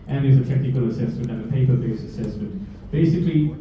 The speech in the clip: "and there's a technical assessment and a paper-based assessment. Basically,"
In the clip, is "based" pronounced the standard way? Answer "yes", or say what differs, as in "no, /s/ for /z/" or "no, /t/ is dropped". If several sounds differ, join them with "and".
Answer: no, /t/ is dropped